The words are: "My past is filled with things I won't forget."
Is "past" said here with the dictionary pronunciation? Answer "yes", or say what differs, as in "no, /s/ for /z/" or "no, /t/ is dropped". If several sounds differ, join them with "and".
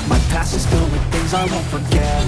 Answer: no, /t/ is dropped